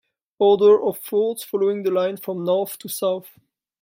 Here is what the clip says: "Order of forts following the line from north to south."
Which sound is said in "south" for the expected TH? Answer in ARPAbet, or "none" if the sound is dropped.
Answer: TH